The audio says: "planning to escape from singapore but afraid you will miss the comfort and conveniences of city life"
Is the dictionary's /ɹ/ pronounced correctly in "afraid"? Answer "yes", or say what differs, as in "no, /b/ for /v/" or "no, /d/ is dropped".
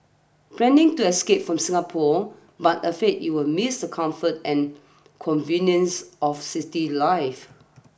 no, /ɹ/ is dropped